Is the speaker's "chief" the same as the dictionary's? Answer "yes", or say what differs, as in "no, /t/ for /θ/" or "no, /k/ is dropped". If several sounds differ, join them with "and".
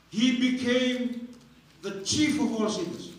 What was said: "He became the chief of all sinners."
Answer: yes